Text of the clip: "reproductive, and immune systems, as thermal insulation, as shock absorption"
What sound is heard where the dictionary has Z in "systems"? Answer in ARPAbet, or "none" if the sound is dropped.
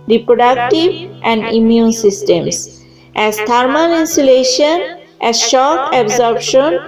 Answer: S